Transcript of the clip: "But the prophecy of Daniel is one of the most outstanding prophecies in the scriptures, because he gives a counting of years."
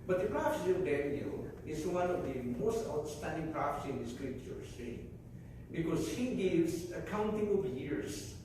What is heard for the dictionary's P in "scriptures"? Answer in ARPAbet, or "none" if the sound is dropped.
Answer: none